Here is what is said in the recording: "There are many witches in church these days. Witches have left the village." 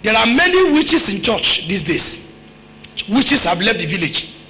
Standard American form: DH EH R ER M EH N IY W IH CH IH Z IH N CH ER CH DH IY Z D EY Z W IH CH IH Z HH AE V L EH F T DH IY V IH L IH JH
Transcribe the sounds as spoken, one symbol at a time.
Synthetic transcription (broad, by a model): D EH R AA M EH N IY W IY CH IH S IH N CH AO CH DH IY S D EY S W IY CH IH S HH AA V L EH F T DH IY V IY L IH JH